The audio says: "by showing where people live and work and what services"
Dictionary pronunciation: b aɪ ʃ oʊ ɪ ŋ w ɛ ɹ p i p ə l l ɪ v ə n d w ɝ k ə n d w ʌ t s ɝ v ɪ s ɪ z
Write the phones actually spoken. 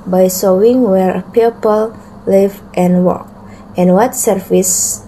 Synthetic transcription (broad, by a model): b aɪ s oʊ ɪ ŋ w ɛ ɹ p i p ə l l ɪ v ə n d w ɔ k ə n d w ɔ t s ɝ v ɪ s